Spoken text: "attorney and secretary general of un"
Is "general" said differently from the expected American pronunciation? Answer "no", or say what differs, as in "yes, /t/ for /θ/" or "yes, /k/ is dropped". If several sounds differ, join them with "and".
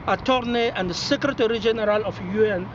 no